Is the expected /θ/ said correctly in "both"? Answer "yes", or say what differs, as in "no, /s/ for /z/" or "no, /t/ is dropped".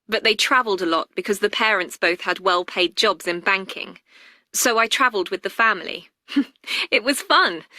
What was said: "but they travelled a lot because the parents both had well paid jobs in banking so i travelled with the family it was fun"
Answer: yes